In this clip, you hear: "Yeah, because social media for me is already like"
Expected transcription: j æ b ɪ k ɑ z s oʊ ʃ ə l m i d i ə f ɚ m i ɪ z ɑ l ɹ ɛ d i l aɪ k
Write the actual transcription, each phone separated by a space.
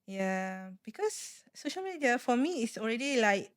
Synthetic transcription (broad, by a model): j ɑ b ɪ k ɑ s oʊ ʃ ə l m i d i ə f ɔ m i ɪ s ɑ l ɹ ɛ d i l aɪ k